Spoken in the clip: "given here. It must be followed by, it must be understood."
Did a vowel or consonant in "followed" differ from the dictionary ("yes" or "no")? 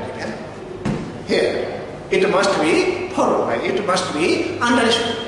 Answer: yes